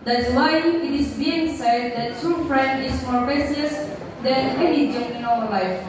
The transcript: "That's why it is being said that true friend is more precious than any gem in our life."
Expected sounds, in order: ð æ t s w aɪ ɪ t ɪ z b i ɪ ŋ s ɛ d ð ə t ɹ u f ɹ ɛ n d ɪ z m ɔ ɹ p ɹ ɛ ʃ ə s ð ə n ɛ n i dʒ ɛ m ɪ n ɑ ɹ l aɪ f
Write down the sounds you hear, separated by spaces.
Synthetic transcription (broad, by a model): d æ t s w aɪ ɪ t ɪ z b i ɪ ŋ s ɛ d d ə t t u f ɹ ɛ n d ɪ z m ɔ ɹ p ɛ s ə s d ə n ɛ n i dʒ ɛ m ɪ n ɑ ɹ l aɪ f